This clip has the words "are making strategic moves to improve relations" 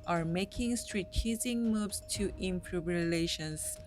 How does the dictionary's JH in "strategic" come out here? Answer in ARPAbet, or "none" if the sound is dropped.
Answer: Z